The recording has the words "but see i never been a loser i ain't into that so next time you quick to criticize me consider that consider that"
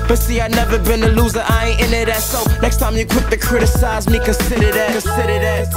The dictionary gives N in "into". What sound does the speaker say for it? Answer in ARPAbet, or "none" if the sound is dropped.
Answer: none